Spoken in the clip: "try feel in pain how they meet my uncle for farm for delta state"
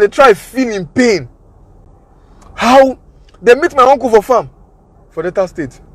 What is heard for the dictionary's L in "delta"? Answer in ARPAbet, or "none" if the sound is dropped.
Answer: none